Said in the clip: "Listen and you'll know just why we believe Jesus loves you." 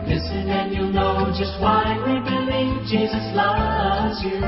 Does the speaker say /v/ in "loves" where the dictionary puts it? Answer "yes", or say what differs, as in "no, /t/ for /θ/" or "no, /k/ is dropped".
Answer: no, /v/ is dropped